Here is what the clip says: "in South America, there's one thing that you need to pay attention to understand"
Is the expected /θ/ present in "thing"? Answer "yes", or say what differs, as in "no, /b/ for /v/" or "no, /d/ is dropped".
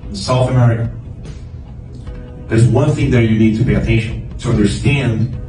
yes